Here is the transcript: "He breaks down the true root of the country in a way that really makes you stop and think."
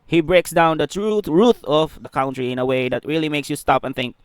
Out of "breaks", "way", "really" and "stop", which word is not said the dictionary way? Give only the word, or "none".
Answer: none